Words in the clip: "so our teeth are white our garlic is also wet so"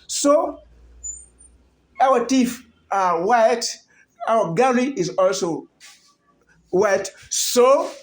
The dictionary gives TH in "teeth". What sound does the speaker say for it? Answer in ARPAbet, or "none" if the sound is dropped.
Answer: F